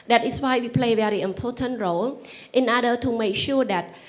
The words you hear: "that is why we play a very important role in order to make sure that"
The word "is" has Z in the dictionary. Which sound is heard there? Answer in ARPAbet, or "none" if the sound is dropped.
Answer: S